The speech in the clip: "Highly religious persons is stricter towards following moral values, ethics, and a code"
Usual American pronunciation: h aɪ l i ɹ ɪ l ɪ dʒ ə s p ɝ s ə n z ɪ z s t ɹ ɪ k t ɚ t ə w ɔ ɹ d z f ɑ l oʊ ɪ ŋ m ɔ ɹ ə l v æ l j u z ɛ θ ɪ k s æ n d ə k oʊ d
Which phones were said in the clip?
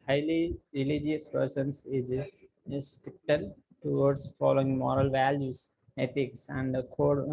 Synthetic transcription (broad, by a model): h aɪ l i ɹ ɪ l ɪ dʒ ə s p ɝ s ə n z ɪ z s t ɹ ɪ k t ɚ t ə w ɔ ɹ d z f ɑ l oʊ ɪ ŋ m ɔ ɹ ə l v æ l j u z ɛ t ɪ k s æ n d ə k oʊ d